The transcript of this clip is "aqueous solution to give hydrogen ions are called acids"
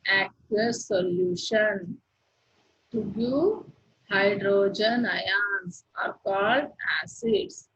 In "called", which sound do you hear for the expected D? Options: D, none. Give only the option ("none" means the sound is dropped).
D